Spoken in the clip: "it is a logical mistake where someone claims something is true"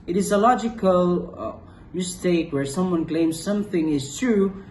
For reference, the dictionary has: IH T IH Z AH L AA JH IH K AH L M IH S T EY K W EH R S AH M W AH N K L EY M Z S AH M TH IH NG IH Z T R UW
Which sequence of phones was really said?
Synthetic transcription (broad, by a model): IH T IH Z AH L AA JH IH K AH L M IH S T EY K W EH R S AH M W AH N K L EY M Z S AH M TH IH NG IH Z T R UW